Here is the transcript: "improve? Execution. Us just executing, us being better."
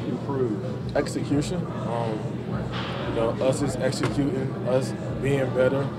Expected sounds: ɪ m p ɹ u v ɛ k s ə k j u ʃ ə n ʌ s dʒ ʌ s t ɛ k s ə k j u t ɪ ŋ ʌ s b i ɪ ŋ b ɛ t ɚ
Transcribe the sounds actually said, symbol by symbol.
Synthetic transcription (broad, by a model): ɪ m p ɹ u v ɛ k s ə k j u ʃ ə n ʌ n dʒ ʌ s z ɛ k s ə k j u t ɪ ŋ ʌ s b i ɪ ŋ b ɛ t ɚ